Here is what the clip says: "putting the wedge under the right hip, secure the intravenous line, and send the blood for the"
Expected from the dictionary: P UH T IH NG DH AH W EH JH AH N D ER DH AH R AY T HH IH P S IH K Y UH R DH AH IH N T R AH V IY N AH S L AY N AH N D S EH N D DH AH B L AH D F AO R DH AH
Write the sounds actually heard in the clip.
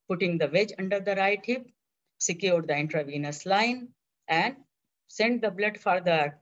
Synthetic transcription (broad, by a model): P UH T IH NG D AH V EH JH AH N D ER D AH R AY T HH IH P S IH K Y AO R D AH IH N T R AH V IY N AH S L AY N AH N D S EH N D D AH B L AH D F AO R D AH